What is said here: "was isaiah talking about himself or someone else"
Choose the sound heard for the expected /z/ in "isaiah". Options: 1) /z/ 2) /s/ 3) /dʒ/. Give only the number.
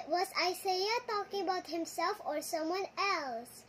2